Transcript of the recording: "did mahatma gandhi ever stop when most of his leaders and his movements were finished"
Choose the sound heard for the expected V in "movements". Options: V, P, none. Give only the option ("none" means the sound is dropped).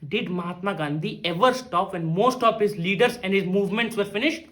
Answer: V